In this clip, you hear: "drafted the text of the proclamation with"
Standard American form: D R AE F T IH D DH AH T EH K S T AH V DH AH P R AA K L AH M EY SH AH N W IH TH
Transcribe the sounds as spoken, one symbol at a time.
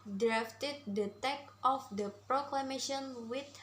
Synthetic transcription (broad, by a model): D R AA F T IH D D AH T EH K T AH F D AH P R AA K L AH M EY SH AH N W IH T